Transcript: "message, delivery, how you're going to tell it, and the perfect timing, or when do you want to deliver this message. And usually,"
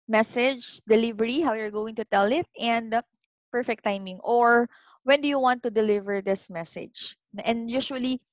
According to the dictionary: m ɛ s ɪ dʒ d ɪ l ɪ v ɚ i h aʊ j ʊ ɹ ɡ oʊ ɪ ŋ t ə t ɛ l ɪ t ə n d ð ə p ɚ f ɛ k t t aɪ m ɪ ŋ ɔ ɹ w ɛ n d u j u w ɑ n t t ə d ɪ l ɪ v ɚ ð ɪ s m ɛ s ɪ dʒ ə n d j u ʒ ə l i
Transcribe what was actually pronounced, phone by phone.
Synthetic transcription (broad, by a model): m ɛ s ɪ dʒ d ɪ l ɪ v ɚ i h aʊ j ʊ ɹ ɡ oʊ ɪ ŋ t ə t ɛ l ɪ t ə n d p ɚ f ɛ k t t aɪ m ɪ ŋ ɔ ɹ w ɛ n d u j u w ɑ n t t ə d ɪ l ɪ v ɚ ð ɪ s m ɛ s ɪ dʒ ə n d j u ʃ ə l i